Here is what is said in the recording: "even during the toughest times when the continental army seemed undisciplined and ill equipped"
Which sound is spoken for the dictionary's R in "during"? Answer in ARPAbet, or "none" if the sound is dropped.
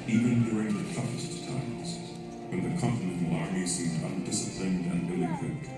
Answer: R